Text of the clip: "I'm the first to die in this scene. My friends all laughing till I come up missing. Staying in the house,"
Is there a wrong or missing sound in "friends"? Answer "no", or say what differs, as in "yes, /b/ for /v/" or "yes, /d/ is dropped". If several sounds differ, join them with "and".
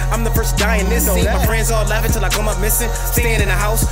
yes, /n/ is dropped